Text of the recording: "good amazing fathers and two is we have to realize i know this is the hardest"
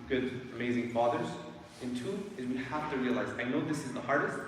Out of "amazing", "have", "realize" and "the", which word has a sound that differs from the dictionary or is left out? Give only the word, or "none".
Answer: have